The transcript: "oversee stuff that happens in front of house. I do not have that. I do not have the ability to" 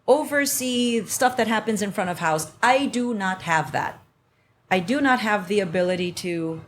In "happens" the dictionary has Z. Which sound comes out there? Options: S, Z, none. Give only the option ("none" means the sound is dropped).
Z